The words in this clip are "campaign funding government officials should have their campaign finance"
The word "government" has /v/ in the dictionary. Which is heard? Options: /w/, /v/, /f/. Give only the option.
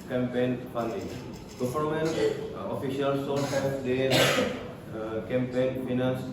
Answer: /f/